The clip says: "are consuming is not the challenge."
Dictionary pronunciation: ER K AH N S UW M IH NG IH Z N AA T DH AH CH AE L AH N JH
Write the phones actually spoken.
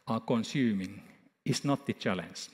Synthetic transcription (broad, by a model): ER K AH N S UW M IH NG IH S N AA T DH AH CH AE L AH N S